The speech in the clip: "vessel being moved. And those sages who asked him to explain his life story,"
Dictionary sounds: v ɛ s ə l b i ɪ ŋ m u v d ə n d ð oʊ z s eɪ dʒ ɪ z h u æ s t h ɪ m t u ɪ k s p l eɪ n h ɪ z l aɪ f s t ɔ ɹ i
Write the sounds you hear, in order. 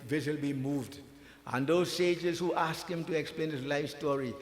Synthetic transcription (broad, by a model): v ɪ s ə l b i m u v d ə n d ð oʊ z s eɪ dʒ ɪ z h u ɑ s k h ɪ m t u ɪ k s p l eɪ n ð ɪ s l aɪ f s t ɔ ɹ i